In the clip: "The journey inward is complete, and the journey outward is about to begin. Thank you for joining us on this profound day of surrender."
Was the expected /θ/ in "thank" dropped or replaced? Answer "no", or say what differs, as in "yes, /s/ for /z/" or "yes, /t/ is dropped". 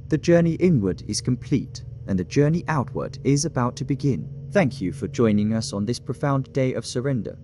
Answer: no